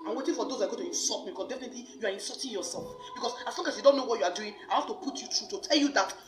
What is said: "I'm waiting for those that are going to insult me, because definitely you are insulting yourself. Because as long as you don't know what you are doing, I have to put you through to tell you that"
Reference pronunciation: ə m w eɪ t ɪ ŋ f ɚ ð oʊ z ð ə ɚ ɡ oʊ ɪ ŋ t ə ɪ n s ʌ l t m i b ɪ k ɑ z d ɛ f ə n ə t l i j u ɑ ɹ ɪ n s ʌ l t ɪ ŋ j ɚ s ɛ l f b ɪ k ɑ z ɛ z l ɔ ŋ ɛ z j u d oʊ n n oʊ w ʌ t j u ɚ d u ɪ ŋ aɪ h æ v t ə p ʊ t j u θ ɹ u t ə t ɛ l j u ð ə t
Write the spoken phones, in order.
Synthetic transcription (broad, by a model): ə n w eɪ t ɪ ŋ f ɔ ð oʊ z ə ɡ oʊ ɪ t ə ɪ n s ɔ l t m i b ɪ k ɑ s d ɛ f ə n ə t l i j u ɑ ɹ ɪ n s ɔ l t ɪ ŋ j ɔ s ɛ l f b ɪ k ɑ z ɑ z l ɔ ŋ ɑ s j u d oʊ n n oʊ w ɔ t j u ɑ d u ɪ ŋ aɪ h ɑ f t ə p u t j u t ɹ u t ə t ɛ l j u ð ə t